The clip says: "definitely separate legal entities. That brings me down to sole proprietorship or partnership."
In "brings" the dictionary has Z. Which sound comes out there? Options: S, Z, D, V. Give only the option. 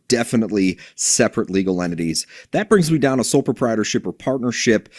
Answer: Z